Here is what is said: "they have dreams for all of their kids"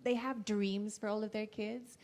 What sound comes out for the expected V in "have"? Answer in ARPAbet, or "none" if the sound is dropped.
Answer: V